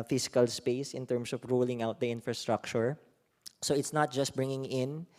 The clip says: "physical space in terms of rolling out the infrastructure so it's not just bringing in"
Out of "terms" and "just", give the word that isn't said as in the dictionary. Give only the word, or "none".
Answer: terms